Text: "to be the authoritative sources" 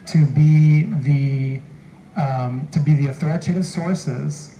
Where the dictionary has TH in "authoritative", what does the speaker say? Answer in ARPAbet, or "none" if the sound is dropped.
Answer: TH